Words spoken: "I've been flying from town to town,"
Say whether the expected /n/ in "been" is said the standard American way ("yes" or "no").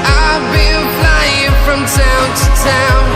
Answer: no